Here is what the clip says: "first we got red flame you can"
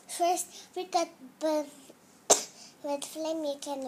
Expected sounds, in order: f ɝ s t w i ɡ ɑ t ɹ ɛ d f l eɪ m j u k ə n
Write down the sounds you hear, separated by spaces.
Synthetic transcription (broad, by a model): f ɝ s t w i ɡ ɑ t w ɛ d f l eɪ m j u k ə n